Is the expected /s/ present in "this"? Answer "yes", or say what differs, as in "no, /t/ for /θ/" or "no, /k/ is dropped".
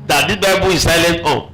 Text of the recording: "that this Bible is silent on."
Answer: no, /s/ is dropped